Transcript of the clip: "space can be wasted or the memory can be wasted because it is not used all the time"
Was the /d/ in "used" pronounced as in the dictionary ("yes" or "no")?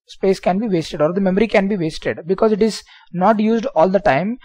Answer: yes